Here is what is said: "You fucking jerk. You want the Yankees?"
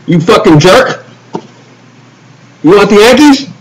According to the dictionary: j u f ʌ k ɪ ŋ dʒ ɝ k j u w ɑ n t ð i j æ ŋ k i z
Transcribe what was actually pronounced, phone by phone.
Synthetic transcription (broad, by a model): j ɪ f ʌ k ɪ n dʒ ɝ k j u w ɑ t ð i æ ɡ i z